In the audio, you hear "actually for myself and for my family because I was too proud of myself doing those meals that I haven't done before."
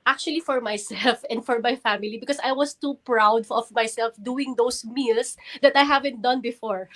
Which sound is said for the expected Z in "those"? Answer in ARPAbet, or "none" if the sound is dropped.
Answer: S